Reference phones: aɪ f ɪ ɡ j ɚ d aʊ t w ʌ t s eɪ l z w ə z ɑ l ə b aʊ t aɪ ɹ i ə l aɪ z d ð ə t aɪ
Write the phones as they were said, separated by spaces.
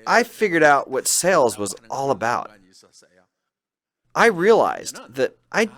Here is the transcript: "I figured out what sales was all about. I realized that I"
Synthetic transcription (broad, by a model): aɪ f ɪ ɡ j ɚ d aʊ t w ʌ t s eɪ l z w ə z ɑ l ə b aʊ t aɪ ɹ i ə l aɪ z ð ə t aɪ